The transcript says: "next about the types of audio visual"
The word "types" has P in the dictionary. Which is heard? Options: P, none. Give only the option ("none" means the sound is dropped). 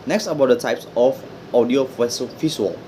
P